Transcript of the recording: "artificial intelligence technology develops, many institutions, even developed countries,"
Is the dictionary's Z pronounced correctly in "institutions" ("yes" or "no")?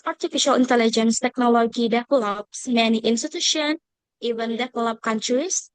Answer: no